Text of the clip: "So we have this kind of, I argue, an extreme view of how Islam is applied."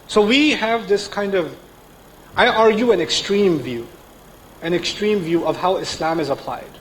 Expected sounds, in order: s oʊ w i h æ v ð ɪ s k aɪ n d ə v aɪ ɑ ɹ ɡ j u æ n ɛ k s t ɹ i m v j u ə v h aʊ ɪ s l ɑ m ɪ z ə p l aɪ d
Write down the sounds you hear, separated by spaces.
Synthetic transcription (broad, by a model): s oʊ w i h æ v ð ɪ s k aɪ n d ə v aɪ ɑ ɹ ɡ j u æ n ɛ k s t ɹ i m v j u ə v h aʊ ɪ s l ɑ m ɪ z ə p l aɪ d